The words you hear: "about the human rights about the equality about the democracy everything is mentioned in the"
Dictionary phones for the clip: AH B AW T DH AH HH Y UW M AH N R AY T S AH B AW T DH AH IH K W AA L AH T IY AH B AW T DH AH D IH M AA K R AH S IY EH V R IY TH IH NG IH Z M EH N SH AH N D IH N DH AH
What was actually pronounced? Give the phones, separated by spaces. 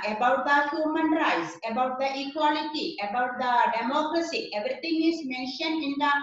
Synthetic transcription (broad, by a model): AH B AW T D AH HH Y UW M AH N R AY T S AH B AW T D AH IH K W AA L AH T IY AH B AW T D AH D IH M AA K R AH S IY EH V R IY T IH NG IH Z M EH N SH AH N IH N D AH